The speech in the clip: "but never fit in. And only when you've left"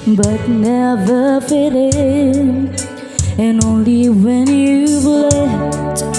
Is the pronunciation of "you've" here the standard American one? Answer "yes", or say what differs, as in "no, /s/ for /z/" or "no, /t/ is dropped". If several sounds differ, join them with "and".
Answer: no, /b/ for /v/